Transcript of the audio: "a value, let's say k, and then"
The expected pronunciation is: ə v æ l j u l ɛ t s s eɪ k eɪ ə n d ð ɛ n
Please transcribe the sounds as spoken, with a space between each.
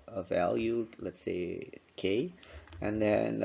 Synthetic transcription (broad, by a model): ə v æ l j u l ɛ t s s eɪ k eɪ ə n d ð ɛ n